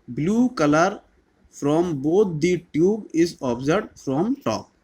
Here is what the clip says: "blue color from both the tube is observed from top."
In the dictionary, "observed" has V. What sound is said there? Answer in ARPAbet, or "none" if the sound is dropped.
none